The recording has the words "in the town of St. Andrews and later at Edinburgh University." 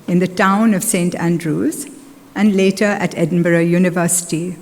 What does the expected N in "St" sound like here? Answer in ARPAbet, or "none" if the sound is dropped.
N